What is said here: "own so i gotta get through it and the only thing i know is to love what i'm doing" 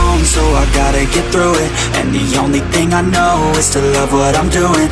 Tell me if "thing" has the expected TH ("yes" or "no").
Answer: yes